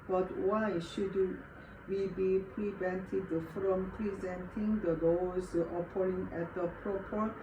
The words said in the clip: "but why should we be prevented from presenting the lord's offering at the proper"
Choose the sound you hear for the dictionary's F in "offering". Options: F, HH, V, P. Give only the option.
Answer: P